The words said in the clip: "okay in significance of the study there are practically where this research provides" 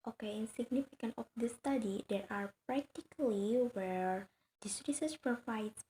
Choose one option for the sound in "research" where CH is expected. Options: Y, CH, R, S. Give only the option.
S